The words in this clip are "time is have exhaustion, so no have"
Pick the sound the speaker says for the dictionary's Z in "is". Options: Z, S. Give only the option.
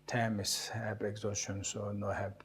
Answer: S